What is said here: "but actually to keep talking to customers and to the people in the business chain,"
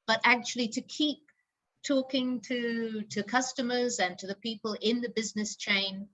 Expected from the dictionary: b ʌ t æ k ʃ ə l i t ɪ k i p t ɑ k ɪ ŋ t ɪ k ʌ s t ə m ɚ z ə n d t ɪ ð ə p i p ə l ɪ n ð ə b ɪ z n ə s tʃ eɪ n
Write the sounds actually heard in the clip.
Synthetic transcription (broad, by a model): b ʌ t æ k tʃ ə l i t ɪ k i p t ɑ k ɪ ŋ t ɪ k ʌ s t ə m ɚ z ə n t ɪ ð ə p i p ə l ɪ n ð ə b ɪ z n ə s tʃ eɪ n